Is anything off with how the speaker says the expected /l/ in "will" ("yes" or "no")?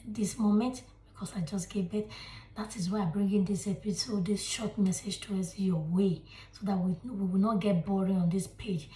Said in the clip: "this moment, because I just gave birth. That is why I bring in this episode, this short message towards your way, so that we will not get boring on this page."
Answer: yes